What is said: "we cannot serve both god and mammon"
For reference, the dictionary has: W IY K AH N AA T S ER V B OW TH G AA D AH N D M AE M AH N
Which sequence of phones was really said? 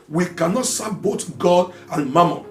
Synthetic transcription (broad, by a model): W IY K AH N AA T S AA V B OW T G AA D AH N M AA M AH